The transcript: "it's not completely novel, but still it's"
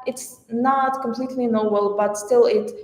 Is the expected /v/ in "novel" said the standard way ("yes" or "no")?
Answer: no